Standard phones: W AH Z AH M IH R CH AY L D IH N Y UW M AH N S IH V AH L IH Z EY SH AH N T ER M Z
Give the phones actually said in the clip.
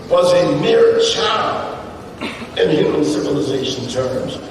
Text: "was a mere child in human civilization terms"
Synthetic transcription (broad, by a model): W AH Z AH M IH R CH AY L IH N Y UW M AH N S IH V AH L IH Z EY SH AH N T ER M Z